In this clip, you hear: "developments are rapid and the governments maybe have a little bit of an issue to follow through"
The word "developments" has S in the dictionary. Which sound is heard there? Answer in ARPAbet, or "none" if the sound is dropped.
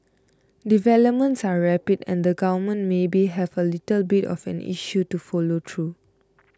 S